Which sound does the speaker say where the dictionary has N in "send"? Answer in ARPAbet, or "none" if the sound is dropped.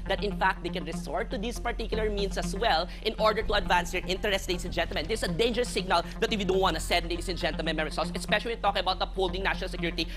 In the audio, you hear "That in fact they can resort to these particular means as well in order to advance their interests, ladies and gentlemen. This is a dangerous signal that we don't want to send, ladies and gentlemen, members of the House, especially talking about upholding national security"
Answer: none